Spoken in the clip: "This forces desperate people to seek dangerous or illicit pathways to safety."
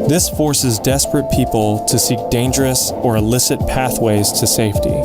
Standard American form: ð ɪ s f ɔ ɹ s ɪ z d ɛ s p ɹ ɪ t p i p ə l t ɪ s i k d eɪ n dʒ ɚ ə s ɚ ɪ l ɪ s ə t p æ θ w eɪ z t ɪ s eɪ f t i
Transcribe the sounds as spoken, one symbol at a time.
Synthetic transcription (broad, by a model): ð ɪ s f ɔ ɹ s ɪ z d ɛ s p ɹ ɪ t p i p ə l t ɪ s i k d eɪ n dʒ ɚ ə s ɚ ɪ l ɪ s ə t p æ θ w eɪ z t ɪ s eɪ f t i